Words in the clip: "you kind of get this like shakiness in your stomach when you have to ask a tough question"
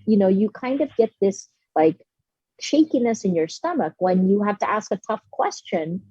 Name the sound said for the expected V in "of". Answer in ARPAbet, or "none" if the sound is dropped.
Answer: V